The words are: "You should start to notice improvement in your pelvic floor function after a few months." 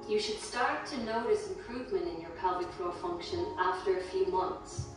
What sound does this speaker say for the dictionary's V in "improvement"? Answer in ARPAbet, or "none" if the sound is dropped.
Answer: V